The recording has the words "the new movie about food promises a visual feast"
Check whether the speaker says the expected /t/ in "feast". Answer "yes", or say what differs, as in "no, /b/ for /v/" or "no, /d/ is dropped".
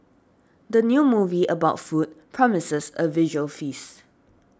no, /t/ is dropped